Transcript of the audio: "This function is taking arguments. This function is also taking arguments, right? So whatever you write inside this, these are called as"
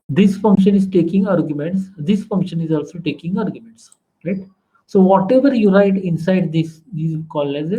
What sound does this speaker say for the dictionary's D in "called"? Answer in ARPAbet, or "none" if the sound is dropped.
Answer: none